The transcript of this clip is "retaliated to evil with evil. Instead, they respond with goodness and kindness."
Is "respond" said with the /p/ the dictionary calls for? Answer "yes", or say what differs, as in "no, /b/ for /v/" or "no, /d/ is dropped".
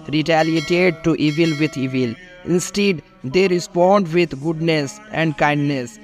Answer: yes